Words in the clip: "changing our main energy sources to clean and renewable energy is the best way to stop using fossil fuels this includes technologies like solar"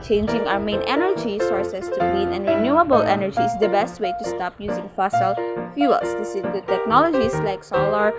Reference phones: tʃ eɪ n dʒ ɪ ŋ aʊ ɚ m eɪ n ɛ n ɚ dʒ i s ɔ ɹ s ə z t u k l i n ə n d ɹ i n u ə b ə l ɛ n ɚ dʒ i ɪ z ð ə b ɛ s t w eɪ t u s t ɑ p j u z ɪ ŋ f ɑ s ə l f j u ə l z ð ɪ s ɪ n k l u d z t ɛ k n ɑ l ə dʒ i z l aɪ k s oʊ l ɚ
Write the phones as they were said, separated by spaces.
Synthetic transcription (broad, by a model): tʃ eɪ n dʒ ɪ ŋ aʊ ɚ m eɪ n ɛ n ɚ dʒ i s ɔ ɹ s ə s t u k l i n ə n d ɹ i n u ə b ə l ɛ n ɚ dʒ i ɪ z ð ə b ɛ s t w eɪ t u s t ɑ p j u z ɪ ŋ f ɑ s ə l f j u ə l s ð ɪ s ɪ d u t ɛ k n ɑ l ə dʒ i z l aɪ k s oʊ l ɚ